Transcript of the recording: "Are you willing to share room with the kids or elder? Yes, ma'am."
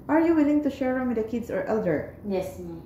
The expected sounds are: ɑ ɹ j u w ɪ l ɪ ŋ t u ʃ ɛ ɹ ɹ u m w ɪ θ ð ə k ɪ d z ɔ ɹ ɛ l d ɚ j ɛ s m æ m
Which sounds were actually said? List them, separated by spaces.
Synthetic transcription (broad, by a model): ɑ ɹ j u w ɪ l ɪ ŋ t u ʃ ɛ ɹ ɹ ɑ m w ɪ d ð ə k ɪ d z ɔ ɹ ɛ l d ɚ j ɛ s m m